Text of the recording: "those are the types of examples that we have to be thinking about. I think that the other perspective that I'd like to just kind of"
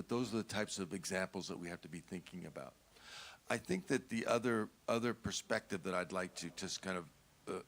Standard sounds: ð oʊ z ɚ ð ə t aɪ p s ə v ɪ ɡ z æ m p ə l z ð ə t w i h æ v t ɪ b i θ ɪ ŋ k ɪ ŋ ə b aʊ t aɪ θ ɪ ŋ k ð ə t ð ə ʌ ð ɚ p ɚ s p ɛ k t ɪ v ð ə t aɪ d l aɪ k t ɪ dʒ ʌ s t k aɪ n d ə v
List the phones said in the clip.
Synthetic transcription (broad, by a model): ð oʊ z ɚ ð ə t aɪ p s ə v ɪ ɡ z æ m p l z ð ə t w i h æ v t ɪ b i θ ɪ ŋ k ɪ ŋ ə b aʊ t aɪ θ ɪ ŋ k ð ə t ð ə ʌ ð ɚ p ɚ s p ɛ k t ɪ v ð ə t aɪ d l aɪ k t ɪ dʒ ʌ s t k aɪ n d ə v